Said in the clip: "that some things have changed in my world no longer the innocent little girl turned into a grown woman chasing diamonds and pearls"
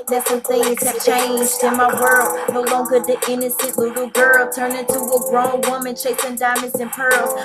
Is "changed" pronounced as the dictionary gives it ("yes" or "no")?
yes